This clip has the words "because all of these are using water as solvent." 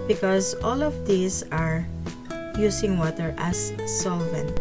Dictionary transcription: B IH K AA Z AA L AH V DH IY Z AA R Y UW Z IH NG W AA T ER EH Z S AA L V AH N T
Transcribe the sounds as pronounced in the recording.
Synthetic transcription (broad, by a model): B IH K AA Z AA L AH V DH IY S AA R Y UW S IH NG W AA T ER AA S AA L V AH N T